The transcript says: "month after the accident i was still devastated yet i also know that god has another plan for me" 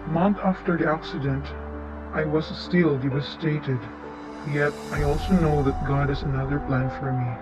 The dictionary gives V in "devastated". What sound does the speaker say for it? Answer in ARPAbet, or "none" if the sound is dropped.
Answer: W